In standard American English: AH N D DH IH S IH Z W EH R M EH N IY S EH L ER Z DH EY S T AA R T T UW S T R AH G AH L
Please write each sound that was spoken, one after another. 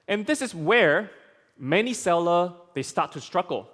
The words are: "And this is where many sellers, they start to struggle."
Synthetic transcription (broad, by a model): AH N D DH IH S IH S W EH R M EH N IY S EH L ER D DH EY S T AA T T UW S T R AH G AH L